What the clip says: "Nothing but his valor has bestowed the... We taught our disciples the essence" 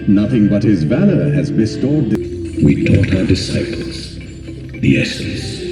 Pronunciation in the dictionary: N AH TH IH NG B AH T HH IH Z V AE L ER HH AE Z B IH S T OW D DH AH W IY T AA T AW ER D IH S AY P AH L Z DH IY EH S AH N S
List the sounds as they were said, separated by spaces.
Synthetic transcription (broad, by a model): N AH TH IH NG B AH T HH IH Z V AE L ER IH Z B IH S T OW D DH W IY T AA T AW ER D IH S AY P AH L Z DH IY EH S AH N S